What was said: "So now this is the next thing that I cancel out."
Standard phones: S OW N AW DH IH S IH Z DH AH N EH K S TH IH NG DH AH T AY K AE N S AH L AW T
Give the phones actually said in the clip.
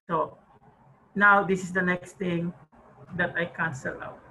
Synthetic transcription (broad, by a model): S OW N AW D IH S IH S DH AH N EH K S T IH NG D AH T AY K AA N S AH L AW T